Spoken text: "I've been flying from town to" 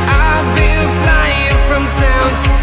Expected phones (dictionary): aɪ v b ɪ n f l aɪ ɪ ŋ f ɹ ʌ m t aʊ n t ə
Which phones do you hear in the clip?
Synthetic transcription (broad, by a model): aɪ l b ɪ l f l aɪ ɪ ŋ f ɹ ʌ m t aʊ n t